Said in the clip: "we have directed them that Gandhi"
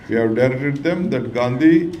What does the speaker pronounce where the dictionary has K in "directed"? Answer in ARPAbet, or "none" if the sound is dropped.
none